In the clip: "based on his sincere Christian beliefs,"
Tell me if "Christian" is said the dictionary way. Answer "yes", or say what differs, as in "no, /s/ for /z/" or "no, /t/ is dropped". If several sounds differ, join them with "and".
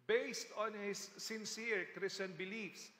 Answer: no, /tʃ/ is dropped